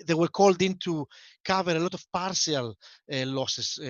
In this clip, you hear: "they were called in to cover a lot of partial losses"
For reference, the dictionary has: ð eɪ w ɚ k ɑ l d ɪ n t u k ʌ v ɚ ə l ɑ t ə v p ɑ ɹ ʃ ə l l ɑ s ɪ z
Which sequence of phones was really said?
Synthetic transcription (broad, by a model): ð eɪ w ɚ k ɑ l d ɪ n t u k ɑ v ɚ ə l ɑ t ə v p ɑ ɹ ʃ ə l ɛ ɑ s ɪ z